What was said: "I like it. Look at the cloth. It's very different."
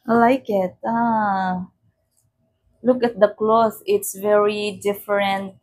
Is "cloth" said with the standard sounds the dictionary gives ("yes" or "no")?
no